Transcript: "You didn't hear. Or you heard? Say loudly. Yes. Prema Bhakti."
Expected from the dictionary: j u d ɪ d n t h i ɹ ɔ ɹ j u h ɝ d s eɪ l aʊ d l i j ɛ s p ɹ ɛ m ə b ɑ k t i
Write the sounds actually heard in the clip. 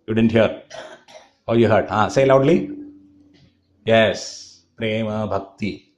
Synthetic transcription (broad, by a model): j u d ɪ d n t h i ɹ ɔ l j u h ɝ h s eɪ l aʊ d l i j ɛ s p ɹ ɛ m ə b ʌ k t i